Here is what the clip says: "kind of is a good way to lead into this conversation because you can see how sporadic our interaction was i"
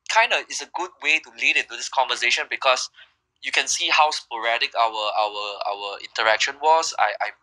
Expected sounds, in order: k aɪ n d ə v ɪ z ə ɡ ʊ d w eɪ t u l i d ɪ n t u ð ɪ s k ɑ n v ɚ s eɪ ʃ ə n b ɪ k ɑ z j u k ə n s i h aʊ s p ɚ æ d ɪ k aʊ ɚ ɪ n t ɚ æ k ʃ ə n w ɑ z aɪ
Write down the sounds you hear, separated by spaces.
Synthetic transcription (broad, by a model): k aɪ n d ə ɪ s ə ɡ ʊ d w eɪ t u l i d ɪ n t u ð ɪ s k ɑ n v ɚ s eɪ ʃ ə n b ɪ k ɑ s j u k ə n s i h aʊ s p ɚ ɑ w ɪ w aʊ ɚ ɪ n t ɚ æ k ʃ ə n w ɑ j aɪ